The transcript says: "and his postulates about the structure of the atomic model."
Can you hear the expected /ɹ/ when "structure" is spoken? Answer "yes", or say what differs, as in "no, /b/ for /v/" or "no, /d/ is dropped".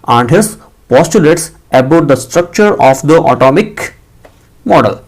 yes